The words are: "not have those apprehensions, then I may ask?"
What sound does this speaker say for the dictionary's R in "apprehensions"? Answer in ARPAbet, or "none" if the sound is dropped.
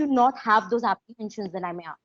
L